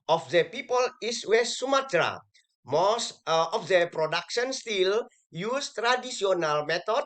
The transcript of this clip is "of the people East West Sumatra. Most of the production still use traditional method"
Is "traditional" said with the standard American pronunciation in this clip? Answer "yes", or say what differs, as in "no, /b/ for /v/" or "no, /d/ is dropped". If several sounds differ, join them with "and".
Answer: no, /s/ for /ʃ/